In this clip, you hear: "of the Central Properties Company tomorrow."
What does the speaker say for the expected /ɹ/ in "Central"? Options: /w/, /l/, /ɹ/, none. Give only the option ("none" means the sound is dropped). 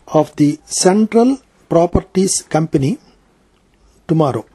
/ɹ/